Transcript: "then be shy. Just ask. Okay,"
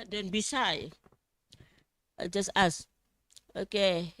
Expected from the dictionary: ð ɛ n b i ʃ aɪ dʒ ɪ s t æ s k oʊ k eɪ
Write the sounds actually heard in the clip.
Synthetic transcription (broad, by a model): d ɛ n b i s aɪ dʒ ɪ s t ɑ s oʊ k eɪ